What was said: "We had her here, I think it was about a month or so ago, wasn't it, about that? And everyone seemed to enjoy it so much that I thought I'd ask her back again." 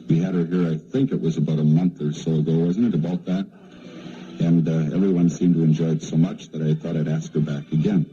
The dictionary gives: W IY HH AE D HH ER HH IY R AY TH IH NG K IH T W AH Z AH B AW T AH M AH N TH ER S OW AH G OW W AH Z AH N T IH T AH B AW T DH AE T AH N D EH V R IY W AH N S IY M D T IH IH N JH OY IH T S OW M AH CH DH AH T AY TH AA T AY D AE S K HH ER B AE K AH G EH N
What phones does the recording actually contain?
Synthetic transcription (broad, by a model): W IY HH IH D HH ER HH IY R AY TH IH NG K IH T W AH Z AH B AW T AH M AH N TH ER S OW AH G OW W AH Z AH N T IH T AH B AW T DH AE T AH N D EH V R IY W AH N S IY M T IH IH N JH OY IH T S OW M AH CH DH AH T AY TH AA T AY D AE S K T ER B AE K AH G EH N